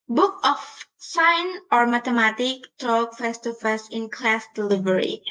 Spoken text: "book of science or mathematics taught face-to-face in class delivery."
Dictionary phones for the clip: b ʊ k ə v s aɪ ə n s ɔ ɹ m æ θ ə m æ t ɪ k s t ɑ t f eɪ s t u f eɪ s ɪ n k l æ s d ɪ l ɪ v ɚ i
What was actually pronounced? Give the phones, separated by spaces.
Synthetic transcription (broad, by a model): b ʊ k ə f s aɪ n ɔ ɹ m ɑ t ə m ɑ t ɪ k t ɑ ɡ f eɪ s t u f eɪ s ɪ n k l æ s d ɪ l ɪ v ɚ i